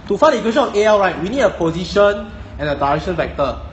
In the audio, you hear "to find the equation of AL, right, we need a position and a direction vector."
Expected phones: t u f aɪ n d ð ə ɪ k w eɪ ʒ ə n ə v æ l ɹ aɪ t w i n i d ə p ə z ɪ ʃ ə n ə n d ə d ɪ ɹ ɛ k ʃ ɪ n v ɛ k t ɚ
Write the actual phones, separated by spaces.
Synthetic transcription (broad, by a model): t u f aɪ d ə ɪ k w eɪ ʃ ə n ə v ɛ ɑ ɹ aɪ t w i n i d ə p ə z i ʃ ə n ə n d ə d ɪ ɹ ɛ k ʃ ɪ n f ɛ k t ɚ